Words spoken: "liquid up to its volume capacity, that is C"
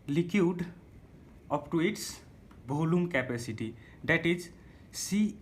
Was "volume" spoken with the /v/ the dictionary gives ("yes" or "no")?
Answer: no